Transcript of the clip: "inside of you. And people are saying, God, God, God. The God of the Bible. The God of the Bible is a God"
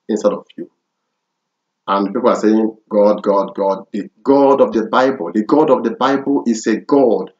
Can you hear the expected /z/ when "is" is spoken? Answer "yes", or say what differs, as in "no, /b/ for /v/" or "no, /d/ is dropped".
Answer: no, /s/ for /z/